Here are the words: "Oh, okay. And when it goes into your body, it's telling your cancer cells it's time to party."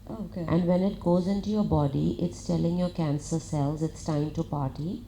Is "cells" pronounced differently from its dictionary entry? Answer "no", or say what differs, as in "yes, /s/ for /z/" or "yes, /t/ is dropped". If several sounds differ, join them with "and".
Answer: no